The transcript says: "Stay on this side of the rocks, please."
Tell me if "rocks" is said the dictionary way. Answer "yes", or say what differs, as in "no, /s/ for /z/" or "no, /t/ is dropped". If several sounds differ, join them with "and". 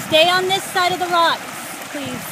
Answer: no, /s/ is dropped